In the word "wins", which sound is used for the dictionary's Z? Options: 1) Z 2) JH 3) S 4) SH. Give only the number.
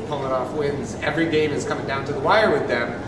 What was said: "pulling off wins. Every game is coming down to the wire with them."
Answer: 1